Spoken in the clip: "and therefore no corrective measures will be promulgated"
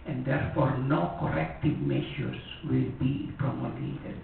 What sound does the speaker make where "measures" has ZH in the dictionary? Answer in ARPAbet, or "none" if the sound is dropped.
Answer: SH